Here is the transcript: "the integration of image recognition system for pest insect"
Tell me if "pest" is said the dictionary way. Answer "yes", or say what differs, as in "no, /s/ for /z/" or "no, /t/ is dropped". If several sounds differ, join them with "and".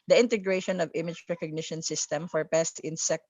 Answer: yes